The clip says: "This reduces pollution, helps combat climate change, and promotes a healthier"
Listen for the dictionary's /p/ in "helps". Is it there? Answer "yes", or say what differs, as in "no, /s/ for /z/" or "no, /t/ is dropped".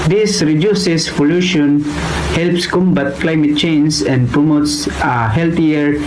yes